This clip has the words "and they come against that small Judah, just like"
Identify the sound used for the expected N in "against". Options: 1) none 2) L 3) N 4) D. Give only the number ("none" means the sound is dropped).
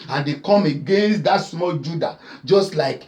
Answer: 3